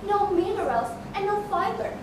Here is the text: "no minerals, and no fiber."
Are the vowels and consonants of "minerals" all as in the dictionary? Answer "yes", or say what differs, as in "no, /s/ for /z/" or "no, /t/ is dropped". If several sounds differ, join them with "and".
no, /l/ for /n/